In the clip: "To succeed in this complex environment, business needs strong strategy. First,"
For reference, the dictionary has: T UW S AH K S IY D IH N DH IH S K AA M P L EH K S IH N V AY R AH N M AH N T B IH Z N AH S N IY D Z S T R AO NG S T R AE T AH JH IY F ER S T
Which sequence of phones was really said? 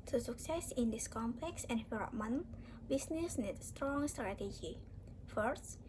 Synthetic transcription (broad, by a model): T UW S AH K S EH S IH N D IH S K AA M P L EH K S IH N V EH L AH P M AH N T B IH S N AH S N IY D S T R AO NG S T R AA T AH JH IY F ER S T